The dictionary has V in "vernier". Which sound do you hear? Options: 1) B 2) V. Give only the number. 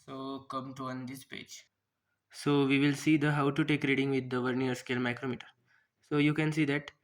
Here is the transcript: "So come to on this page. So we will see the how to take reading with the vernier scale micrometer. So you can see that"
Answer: 2